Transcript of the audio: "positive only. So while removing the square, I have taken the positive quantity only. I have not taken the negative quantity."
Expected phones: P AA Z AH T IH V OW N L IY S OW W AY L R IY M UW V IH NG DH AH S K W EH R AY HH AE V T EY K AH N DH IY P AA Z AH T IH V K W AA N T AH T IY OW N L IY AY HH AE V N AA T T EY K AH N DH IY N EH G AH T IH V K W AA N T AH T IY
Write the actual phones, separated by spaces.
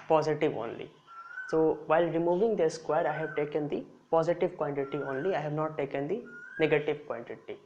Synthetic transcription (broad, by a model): P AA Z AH T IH V OW N L IY S OW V AY L R IY M UW V IH NG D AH S K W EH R AY HH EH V T EY K AH N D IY P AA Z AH T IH V K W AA N T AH T IY OW N L IY AY HH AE V N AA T T EY K AH N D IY N EH G AH T IH V K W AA N T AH T IY